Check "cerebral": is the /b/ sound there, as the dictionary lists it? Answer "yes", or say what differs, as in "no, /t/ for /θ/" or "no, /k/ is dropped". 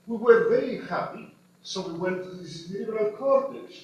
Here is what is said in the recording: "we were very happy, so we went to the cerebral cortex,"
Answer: no, /b/ is dropped